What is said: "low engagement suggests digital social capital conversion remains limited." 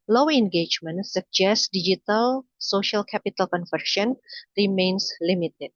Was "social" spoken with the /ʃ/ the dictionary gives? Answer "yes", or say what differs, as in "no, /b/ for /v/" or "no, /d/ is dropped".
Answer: yes